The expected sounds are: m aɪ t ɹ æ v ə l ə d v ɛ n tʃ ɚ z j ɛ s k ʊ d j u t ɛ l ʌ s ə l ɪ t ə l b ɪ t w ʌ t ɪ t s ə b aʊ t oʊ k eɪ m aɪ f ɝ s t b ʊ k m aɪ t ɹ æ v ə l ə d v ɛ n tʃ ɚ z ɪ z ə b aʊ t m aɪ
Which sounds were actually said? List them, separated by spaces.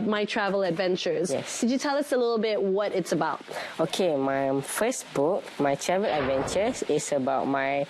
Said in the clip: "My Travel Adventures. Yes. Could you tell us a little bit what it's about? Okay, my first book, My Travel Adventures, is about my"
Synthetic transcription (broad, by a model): m aɪ t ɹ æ v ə l ə d v ɛ n tʃ ɚ z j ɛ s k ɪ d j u t ɛ l ʌ s ə l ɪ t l b ɪ t w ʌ t ɪ t s ə b aʊ t oʊ k eɪ m aɪ f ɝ s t b ʊ k m aɪ t ɹ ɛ v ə l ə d v ɛ n tʃ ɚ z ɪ s ə b aʊ t m aɪ